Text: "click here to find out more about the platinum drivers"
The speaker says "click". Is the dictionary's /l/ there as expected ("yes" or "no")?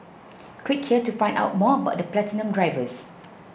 no